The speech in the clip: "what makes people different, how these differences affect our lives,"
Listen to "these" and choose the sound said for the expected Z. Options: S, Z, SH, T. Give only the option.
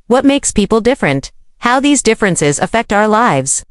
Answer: Z